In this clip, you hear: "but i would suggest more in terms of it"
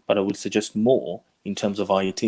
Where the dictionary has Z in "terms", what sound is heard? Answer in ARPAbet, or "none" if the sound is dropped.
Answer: Z